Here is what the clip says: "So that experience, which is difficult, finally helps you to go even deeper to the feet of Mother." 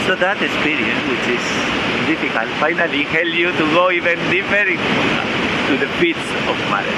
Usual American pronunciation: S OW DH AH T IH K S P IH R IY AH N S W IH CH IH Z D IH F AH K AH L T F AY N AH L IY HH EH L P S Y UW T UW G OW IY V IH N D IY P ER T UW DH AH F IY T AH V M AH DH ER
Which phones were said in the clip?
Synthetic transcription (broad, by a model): S OW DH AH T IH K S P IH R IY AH N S W IH CH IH S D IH F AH K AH L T F AY N AH L IY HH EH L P Y UW T UW G OW IY V IH N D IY F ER T UW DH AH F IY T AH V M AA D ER